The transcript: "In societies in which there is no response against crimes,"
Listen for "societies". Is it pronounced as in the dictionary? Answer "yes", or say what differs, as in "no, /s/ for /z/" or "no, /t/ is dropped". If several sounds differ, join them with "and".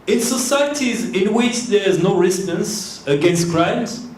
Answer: yes